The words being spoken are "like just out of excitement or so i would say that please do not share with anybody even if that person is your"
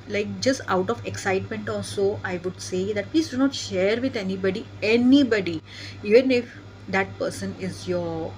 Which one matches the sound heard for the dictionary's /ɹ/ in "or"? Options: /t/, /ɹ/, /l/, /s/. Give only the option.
/l/